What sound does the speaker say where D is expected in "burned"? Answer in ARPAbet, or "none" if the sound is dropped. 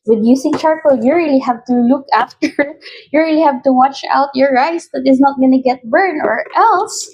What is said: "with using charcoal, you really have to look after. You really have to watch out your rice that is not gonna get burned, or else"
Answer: none